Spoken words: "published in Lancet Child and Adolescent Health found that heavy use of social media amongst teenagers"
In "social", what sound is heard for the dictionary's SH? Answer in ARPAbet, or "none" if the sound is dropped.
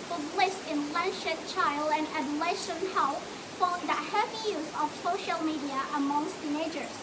SH